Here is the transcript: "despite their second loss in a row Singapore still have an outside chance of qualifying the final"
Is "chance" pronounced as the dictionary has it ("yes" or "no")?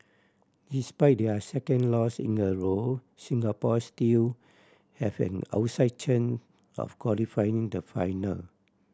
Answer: no